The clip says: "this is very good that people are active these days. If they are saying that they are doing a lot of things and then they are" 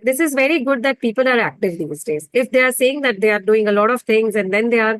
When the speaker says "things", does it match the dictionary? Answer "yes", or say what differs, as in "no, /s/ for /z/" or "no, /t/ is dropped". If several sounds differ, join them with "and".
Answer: no, /t/ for /θ/